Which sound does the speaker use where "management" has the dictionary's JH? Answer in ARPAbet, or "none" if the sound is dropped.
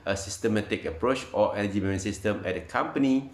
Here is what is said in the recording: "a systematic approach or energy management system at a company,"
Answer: none